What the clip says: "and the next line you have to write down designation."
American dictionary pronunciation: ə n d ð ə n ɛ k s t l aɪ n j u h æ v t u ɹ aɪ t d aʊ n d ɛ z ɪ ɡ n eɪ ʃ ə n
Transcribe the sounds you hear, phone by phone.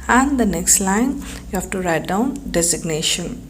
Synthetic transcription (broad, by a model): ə n d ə n ɛ k s t l aɪ n j u h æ f t u ɹ aɪ t d aʊ n d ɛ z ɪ ɡ n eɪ ʃ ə n